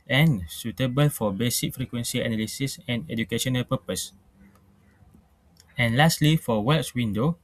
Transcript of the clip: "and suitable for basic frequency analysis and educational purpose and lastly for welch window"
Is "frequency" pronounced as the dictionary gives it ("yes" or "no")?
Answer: yes